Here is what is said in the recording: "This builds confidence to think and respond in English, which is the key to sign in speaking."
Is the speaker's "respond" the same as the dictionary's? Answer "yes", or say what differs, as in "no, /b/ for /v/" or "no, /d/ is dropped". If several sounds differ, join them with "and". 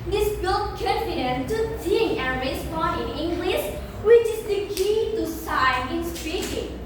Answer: no, /d/ is dropped